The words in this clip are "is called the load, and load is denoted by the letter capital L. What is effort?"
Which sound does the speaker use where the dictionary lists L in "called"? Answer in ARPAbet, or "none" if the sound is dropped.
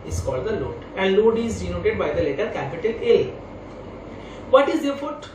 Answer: L